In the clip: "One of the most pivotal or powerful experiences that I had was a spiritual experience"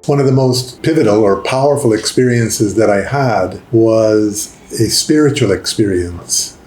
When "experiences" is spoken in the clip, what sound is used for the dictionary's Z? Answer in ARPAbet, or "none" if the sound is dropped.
Z